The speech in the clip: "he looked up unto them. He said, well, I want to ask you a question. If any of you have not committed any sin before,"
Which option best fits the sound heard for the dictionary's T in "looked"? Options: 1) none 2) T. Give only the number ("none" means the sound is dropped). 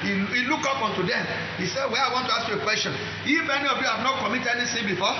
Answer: 1